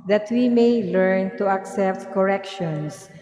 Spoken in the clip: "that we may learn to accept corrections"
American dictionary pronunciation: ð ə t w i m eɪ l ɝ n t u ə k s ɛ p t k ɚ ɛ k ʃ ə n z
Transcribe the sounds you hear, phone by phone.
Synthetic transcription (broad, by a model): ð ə t w i m eɪ l ɝ n t u ə k s ɛ p t k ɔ ɛ k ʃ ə n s